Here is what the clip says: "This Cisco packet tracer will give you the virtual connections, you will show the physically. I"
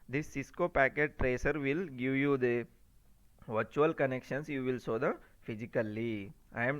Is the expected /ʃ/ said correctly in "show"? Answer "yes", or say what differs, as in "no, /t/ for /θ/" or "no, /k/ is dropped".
no, /s/ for /ʃ/